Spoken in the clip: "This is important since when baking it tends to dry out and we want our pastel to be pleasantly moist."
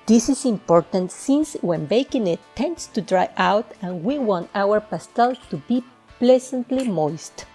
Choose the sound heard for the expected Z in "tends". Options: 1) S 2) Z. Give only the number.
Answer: 1